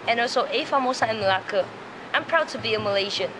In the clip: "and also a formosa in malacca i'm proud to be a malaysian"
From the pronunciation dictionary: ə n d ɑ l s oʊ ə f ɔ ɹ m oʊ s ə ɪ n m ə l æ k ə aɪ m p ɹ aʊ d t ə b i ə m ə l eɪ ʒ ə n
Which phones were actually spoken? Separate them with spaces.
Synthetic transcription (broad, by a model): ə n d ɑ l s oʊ ə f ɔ m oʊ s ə ɪ n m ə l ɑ k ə aɪ m p ɹ aʊ d t ə b i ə m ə l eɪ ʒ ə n